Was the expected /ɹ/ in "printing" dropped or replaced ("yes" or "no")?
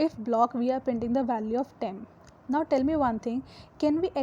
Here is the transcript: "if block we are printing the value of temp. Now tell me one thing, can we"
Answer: yes